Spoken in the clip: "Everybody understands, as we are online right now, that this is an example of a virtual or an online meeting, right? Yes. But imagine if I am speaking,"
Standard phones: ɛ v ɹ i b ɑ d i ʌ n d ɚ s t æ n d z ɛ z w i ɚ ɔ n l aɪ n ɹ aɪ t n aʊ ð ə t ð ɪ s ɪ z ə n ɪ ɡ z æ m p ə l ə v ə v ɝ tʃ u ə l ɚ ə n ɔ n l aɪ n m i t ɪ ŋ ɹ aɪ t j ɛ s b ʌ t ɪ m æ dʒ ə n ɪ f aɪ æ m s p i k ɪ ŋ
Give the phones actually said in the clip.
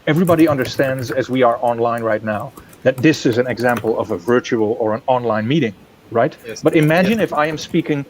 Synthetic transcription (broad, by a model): ɛ v ɹ i b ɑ d i ʌ n d ɚ s t æ n d z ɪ z w i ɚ ɔ n l aɪ n ɹ aɪ t n aʊ ð ə t ð ɪ s ɪ z ə n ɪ ɡ z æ m p l ə v ə v ɝ tʃ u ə l ɚ ə n ɔ n l aɪ n m i t ɪ ŋ ɹ aɪ t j b ʌ t ɪ m æ dʒ ə n ɪ f aɪ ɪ m s p i k ɪ ŋ